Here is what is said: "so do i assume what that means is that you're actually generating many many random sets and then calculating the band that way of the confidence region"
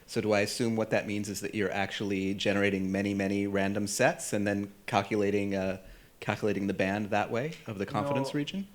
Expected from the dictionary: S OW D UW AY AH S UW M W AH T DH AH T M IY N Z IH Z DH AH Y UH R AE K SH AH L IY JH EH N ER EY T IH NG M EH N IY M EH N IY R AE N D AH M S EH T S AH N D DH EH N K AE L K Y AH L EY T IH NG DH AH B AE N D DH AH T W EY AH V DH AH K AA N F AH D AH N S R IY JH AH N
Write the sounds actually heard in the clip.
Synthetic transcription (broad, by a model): S OW D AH AY AH S UW M W AH T DH AH T M IY N Z IH Z DH AH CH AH R AE K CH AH L IY JH EH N ER EY T IH NG M EH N IY M EH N IY R AE N D AH M S EH T S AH N DH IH N K AE L K Y AH L EY T IH NG DH AH B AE N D DH AH T W EY AH V DH AH K AA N F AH D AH N S R IY JH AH N